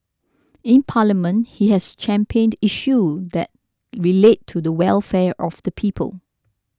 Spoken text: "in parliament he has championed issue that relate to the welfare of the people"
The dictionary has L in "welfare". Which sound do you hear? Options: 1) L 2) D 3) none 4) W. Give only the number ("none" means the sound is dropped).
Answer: 1